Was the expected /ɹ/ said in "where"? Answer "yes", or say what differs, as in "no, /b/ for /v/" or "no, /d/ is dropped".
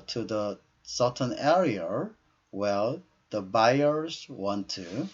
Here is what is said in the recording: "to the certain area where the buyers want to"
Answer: no, /l/ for /ɹ/